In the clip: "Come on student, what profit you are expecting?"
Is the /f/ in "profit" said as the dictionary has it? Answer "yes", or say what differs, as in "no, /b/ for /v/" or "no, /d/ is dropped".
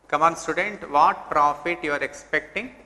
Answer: yes